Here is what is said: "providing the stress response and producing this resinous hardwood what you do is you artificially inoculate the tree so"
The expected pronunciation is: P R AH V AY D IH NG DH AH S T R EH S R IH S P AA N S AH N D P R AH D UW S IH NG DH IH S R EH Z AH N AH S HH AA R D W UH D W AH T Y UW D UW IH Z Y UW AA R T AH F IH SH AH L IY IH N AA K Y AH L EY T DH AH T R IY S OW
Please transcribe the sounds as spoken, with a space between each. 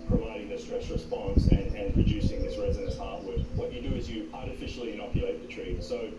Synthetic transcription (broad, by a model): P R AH V AY D IH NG DH AH S T R EH S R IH S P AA N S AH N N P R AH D UW S IH NG DH IH S R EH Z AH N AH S HH AA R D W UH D W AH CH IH D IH IH Z Y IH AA R T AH F IH SH L IY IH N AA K Y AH L EY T DH AH T R IY S OW